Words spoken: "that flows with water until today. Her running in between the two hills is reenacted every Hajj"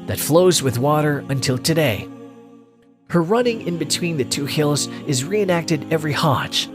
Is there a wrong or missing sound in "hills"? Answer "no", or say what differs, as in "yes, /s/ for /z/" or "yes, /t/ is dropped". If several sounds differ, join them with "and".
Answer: no